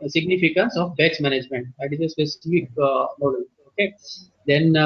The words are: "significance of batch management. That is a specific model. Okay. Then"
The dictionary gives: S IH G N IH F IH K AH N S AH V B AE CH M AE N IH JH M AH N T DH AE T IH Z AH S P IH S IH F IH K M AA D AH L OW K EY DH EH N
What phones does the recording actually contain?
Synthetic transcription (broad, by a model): S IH G N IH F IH K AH N S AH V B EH S M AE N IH JH M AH N T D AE T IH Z AH S P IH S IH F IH K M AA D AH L OW K EY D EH N